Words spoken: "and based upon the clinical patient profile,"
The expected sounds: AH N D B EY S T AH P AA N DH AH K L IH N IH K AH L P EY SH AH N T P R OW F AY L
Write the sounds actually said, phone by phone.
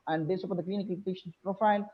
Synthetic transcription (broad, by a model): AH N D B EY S AH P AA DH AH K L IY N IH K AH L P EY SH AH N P R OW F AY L